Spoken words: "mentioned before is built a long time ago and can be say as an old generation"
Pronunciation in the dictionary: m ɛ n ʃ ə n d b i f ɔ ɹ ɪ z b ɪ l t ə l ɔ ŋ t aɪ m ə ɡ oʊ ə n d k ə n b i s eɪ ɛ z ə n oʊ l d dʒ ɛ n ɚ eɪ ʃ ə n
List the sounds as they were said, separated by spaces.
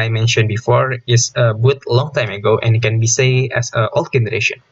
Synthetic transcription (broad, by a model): m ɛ n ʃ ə n b i f ɔ ɹ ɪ s b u t l ɔ ŋ t aɪ m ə ɡ oʊ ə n k ə n b i s eɪ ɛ s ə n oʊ l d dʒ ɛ n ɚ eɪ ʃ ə n